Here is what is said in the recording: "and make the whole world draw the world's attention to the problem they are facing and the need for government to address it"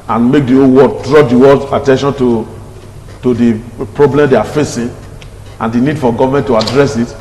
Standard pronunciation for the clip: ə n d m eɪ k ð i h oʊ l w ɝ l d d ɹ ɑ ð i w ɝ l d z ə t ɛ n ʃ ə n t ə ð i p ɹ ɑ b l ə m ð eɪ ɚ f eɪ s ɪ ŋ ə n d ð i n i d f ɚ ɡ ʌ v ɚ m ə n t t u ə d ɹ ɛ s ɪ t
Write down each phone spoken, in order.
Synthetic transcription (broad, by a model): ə n m eɪ k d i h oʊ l w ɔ d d ɹ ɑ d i w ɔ d ə t ɛ n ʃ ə n t ə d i p ɹ ɑ b l ə m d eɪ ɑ f eɪ s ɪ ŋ ə n d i n i d f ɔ ɡ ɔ v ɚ m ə n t t u ə d ɹ ɛ s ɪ t